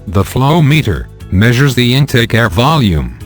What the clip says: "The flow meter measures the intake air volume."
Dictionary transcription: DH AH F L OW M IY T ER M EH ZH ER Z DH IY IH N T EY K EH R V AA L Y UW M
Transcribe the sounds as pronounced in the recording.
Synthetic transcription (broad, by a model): DH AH F L OW M IY T ER M EH ZH ER Z DH IY IH N T EY K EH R V AA L Y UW M